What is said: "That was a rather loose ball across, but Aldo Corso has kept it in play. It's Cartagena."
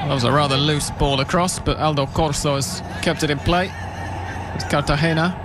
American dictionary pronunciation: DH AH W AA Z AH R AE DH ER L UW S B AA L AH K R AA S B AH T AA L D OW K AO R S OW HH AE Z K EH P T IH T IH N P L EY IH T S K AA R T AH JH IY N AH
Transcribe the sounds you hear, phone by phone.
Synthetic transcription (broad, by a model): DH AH W AA Z AH R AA DH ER L UW S B AA L AH K R AA S B AH T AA L D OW K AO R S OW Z K EH P T IH T IH N P L EY IH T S K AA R T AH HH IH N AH